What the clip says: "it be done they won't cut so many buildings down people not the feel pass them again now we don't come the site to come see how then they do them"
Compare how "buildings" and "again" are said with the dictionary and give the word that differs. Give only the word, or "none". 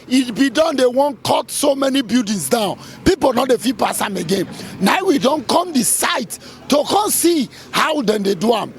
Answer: buildings